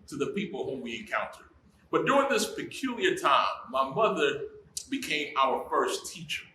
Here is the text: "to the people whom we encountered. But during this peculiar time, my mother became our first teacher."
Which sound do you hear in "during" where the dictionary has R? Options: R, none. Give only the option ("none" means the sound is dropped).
R